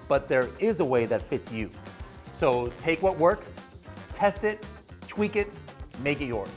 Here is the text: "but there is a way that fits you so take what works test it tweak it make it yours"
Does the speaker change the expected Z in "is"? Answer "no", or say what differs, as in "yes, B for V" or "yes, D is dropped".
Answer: no